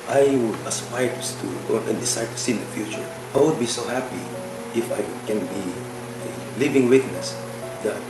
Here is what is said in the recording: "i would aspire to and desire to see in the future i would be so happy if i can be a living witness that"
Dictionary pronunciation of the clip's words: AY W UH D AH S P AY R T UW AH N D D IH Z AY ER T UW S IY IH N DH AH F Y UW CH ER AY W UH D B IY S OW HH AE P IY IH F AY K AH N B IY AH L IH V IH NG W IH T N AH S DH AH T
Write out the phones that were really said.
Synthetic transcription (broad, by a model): AY W UH D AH S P AY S T UW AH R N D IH S AY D T UW S IY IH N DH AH F Y UW CH ER AY W UH D B IY S OW HH AE P IY IH F AY K AH N B IY AH L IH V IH NG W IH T N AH S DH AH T